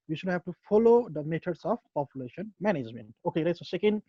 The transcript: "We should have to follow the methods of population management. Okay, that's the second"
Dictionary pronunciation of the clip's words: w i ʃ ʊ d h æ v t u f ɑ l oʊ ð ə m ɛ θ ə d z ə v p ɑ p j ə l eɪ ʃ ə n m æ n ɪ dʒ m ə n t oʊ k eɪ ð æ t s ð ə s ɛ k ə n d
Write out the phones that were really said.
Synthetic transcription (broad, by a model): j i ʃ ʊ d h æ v t u f ɑ l oʊ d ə m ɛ t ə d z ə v p ɑ p j ə l eɪ ʃ ə n m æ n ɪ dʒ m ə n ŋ oʊ k eɪ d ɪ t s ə s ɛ k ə n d